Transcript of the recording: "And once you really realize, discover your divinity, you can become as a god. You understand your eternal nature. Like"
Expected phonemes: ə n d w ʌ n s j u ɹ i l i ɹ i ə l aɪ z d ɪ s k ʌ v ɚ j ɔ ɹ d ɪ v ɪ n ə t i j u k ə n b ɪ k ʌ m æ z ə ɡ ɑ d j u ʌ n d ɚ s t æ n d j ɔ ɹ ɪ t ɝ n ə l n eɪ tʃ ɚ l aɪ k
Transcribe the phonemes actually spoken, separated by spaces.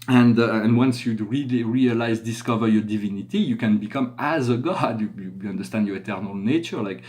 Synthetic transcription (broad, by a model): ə n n w ʌ n s j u ɹ i l i ɹ i ə l aɪ z d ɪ s k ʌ v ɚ j ɔ ɹ d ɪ v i n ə t i j u k ə n b ɪ k ʌ m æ z ə ɡ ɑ d j u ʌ n d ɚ s t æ n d j ɔ ɹ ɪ t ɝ n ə l n eɪ tʃ ɚ l aɪ k